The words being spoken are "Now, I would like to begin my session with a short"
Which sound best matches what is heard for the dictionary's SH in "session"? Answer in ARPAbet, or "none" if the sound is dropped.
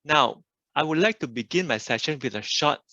SH